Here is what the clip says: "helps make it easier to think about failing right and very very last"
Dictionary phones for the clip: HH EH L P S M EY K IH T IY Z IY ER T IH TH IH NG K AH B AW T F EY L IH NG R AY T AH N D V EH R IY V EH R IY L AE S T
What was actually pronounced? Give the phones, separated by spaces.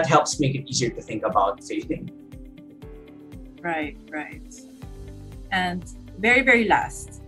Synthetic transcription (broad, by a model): HH EH L P S M EY K IH T IY Z IY ER T IH TH IH NG K AH B AW T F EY N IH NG R AY T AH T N V EH R IY V EH R IY L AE S T